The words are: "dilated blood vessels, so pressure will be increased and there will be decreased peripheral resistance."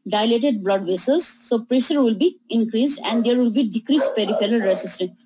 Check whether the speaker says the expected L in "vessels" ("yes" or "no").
no